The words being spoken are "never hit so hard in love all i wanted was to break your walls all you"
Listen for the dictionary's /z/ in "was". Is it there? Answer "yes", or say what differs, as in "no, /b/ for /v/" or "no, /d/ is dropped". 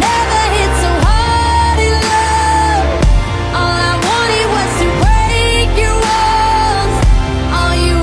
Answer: no, /s/ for /z/